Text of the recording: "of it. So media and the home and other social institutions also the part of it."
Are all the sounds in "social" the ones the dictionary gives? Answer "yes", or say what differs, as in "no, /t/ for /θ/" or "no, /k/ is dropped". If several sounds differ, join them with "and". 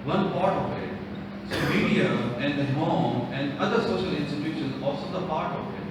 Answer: yes